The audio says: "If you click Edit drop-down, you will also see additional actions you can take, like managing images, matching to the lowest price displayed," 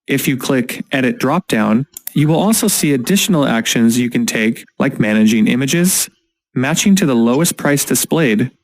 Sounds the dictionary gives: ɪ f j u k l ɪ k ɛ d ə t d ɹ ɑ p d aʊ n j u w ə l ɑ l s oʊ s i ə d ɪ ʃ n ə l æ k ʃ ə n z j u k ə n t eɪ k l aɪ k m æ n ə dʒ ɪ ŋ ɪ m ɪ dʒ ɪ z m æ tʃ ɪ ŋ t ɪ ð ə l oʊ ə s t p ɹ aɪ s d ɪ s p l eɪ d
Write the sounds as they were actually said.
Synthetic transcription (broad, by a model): ɪ f j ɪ k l ɪ k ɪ d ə t d ɹ ɑ p d aʊ n j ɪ w ə l ɑ l s oʊ s i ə d ɪ ʃ n l æ k ʃ ə n z j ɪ k ə n t eɪ k l aɪ k m æ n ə dʒ ɪ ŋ ɪ m ɪ dʒ ɪ z m æ tʃ ɪ ŋ t ɪ ð ə l oʊ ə s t p ɹ aɪ s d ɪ s p l eɪ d